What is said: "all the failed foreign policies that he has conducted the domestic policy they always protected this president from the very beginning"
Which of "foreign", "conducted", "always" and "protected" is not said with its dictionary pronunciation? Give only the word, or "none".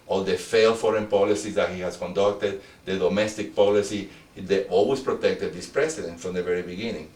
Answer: always